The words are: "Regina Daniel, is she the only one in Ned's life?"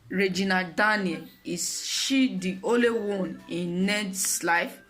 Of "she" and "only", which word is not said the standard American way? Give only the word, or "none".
only